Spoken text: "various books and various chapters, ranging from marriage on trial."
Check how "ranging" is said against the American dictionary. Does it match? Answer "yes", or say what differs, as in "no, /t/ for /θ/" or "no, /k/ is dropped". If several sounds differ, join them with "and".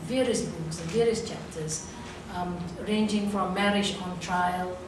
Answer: yes